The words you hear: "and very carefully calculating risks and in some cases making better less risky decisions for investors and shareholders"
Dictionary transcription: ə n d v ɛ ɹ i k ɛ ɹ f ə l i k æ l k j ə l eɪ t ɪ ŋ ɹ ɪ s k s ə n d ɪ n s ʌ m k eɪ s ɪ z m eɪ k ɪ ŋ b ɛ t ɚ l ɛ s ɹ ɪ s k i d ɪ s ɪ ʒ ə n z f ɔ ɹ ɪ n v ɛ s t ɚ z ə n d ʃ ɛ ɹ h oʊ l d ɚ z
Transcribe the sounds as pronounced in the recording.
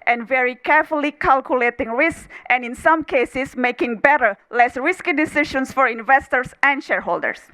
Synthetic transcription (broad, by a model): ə n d v ɛ ɹ i k ɛ ɹ f ə l i k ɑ l k j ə l eɪ t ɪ ŋ ɹ ɪ s k s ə n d ɪ n s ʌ m k eɪ s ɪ s m eɪ k ɪ ŋ b ɛ t ɚ l ɛ s ɹ ɪ s k i d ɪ s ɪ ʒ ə n s f ɔ ɹ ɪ n v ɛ s t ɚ s ə n d ʃ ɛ ɹ h oʊ l d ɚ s